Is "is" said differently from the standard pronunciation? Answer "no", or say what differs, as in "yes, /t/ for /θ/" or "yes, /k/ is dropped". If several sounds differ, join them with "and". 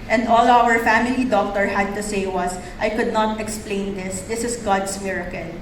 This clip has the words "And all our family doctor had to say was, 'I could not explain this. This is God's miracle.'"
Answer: yes, /s/ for /z/